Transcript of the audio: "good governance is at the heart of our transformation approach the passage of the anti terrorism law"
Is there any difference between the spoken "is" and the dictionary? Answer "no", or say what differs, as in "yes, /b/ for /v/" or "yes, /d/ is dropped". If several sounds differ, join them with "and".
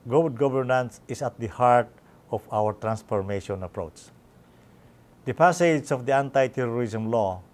yes, /s/ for /z/